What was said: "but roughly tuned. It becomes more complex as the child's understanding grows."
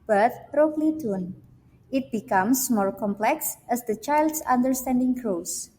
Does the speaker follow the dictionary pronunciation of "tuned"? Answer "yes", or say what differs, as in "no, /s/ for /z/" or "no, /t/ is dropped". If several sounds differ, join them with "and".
no, /d/ is dropped